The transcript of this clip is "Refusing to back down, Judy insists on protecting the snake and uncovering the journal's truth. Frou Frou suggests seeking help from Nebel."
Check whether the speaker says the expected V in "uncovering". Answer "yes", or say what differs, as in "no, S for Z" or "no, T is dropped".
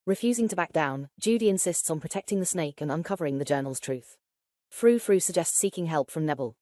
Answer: yes